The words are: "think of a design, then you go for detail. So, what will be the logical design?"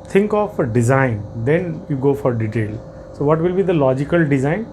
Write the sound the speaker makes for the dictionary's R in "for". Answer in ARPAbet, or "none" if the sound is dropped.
R